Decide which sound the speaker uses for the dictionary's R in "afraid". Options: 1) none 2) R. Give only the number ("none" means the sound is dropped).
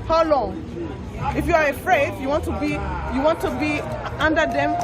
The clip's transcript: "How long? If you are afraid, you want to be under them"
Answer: 2